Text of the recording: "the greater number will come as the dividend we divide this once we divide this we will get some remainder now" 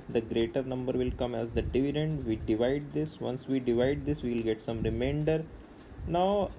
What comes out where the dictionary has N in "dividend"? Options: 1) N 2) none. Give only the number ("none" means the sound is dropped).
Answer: 1